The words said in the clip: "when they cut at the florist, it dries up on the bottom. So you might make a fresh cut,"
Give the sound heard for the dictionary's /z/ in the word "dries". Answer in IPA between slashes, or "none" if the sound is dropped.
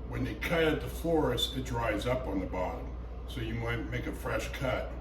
/z/